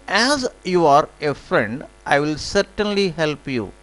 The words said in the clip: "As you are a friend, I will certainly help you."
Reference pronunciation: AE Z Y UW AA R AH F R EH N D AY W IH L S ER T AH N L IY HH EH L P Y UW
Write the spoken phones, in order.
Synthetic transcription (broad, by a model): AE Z Y UW AA R AH F R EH N D AY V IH L S ER T AH N L IY HH EH L P Y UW